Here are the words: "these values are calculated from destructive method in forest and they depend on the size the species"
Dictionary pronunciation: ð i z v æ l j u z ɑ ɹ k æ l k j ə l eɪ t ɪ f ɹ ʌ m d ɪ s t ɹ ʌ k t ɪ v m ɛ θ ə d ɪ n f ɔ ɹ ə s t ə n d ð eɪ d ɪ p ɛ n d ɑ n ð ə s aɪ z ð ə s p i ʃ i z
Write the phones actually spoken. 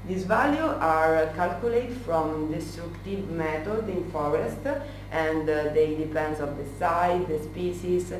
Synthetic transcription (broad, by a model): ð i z v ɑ l j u ɑ ɹ k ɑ l k j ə l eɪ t f ɹ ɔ m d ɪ s t ɹ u k t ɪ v m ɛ t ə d ɪ n f ɔ ɹ ə s t ə n d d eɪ d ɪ p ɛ n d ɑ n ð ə s aɪ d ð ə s p i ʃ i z